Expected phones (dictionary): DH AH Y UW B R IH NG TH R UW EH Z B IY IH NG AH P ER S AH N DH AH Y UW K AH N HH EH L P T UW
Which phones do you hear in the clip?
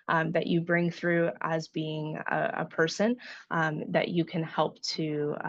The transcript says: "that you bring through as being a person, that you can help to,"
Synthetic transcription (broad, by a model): DH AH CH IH B R IH NG TH R UW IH Z B IY IH NG AH P ER S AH N DH AH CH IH K AH N HH EH L P T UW